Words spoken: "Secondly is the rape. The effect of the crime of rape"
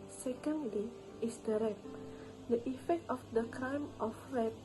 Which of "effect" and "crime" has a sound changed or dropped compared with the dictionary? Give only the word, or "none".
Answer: none